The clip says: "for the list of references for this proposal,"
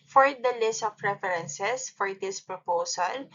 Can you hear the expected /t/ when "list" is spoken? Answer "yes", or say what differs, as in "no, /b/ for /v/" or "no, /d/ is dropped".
yes